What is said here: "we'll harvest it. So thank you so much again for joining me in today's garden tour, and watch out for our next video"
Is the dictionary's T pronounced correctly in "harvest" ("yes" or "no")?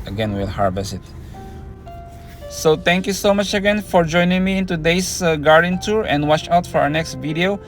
no